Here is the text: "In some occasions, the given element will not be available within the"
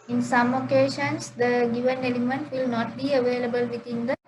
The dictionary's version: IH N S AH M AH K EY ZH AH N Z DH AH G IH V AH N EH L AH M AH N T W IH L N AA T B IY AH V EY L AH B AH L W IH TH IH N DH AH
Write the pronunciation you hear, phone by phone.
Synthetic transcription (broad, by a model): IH N S AH M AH K EY SH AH N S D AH G IH V AH N EH L AH M AH N T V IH L N AA T B IY AH V EY L AH B AH L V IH T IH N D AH